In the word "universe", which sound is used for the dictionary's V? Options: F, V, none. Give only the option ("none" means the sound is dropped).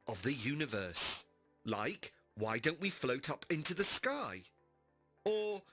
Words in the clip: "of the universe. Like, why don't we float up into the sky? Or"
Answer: V